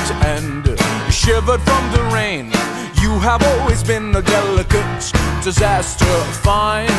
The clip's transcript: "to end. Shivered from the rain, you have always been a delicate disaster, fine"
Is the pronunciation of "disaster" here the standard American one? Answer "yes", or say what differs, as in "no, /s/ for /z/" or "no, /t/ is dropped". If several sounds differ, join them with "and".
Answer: yes